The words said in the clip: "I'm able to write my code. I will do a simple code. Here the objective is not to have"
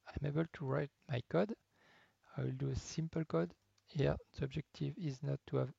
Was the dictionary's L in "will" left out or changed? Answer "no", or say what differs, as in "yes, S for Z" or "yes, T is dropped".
no